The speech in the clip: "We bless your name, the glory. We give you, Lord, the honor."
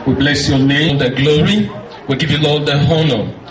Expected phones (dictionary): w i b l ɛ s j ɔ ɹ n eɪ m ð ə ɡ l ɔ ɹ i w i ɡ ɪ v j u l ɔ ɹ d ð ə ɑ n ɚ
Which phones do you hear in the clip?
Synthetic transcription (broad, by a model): w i b l ɛ s j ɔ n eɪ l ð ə ɡ l ɔ ɹ i w i ɡ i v j u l ɔ l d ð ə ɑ n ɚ